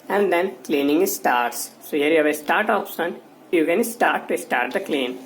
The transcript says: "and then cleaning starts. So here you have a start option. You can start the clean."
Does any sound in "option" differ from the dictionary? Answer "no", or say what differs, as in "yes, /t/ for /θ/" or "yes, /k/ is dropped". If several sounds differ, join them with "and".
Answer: yes, /s/ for /ʃ/